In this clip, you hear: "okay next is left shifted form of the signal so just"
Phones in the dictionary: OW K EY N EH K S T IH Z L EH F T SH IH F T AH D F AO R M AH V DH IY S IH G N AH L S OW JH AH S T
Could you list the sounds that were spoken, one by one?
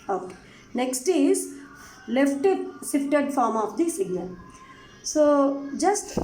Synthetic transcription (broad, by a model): OW K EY N EH K S T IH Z L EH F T S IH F T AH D F AO R M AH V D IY S IH G N AH L S OW JH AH S T